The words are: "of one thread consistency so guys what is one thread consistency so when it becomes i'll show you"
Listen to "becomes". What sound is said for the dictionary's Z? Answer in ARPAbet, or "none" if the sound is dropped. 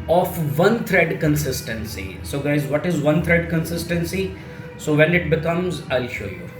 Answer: Z